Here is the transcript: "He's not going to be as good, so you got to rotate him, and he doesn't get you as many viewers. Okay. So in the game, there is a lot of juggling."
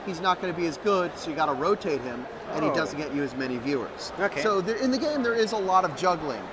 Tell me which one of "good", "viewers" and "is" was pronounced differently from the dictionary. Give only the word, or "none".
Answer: none